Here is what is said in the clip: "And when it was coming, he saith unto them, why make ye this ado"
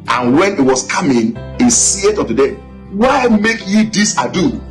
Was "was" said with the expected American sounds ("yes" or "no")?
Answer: no